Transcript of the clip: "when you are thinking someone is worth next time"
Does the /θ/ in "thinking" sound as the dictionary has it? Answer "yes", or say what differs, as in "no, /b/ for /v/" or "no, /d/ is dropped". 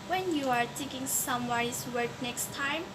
no, /t/ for /θ/